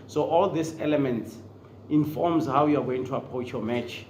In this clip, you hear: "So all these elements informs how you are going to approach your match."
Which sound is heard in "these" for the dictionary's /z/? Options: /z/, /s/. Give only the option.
/s/